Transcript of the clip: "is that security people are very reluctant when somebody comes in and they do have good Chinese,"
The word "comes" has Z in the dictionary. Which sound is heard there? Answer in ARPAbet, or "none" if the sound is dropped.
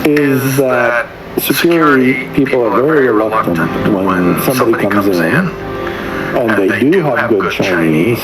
Z